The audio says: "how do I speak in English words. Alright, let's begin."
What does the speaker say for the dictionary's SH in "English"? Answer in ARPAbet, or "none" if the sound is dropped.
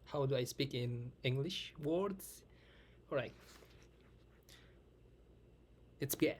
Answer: SH